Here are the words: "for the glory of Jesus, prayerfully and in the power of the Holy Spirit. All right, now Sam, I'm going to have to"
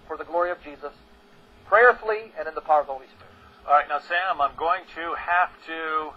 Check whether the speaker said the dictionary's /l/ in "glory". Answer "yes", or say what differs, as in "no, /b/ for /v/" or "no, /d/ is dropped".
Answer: yes